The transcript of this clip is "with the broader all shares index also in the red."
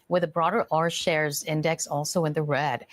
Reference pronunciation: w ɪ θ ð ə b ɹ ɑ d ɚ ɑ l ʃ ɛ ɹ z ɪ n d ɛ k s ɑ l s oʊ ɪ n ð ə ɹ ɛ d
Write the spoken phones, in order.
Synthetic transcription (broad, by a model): w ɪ ð ə b ɹ ɑ d ɚ ɑ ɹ ʃ ɛ ɹ z ɪ n d ɛ k s ɑ l s oʊ ɪ n ð ə ɹ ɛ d